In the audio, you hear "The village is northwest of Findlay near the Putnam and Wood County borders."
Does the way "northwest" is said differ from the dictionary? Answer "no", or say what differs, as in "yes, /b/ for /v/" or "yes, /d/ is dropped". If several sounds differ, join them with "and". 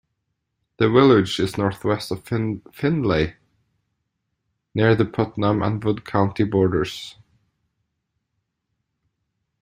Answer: no